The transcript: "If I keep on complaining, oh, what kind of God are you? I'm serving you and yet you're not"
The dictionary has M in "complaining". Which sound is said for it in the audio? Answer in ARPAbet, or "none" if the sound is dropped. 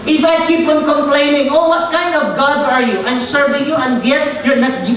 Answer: M